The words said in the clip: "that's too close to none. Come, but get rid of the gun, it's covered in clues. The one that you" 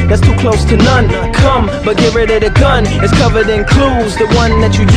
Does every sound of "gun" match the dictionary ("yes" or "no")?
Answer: yes